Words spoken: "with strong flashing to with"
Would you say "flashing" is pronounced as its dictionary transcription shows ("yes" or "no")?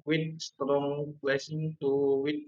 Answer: no